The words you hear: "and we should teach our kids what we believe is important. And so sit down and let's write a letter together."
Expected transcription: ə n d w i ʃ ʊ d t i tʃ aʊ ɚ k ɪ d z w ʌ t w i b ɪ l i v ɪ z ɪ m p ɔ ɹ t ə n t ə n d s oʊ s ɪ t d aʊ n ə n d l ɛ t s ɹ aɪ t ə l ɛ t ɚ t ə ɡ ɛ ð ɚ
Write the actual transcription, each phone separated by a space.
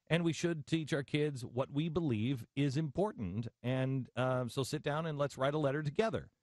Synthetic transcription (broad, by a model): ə n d w i ʃ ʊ d t i tʃ aʊ ɚ k ɪ d z w ʌ t w i b ɪ l i v ɪ z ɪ m p ɔ ɹ t n t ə n s oʊ s ɪ t d aʊ n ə n l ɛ t s ɹ aɪ t ə l ɛ t ɚ t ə ɡ ɛ ð ɚ